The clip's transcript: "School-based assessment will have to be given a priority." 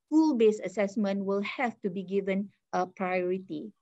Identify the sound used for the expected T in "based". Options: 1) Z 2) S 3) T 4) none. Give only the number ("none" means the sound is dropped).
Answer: 4